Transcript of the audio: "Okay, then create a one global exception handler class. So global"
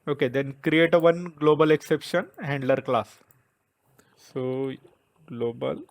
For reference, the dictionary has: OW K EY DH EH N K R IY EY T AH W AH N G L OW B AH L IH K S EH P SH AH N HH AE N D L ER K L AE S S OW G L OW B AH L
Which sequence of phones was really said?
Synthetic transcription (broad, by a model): OW K EY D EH N K R IY EY T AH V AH N G L OW B AH L IH K S EH P SH AH N HH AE N D L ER K L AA S S OW G L OW B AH L